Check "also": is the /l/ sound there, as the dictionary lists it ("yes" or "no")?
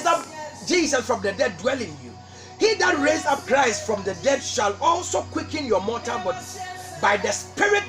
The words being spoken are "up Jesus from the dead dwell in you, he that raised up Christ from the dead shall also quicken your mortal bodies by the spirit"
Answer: yes